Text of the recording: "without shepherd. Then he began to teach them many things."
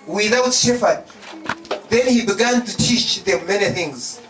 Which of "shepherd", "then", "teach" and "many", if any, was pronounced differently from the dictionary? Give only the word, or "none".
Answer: shepherd